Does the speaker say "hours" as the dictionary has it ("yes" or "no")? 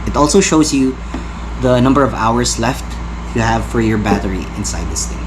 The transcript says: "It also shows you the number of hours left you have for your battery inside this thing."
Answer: no